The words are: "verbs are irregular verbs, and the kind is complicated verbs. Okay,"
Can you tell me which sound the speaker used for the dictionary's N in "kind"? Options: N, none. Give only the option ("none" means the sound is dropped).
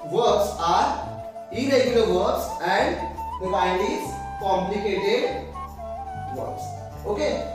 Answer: none